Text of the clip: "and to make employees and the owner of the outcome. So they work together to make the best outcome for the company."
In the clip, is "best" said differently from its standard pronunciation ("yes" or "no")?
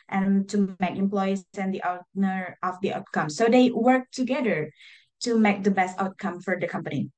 no